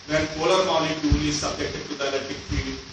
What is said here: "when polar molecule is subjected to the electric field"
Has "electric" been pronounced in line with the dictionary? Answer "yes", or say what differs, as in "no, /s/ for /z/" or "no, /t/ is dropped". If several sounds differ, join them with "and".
no, /ɹ/ is dropped